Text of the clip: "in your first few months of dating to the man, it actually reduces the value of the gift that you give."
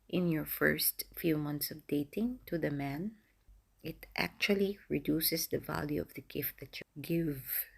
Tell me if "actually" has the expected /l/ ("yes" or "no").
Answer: yes